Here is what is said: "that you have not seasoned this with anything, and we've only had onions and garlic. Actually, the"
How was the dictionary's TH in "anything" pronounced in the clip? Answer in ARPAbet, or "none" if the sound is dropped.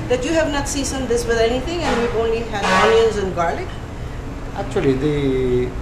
T